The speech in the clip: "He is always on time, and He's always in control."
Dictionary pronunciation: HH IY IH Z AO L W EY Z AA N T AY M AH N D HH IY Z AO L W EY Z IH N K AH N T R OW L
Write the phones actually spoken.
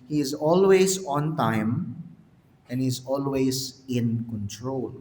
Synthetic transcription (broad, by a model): HH IY IH Z AO L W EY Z AA N T AY M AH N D HH IY Z AO L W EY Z IH N K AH N T R OW L